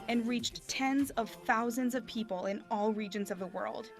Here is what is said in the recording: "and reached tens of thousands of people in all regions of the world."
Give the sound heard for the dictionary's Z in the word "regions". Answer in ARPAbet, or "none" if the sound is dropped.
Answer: Z